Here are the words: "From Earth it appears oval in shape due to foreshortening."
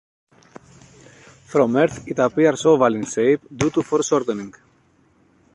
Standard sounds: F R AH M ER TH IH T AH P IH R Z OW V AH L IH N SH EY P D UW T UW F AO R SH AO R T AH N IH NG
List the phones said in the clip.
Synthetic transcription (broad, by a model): F R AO M ER TH IH T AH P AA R S OW V AH L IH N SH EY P D UW T UW F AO R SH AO R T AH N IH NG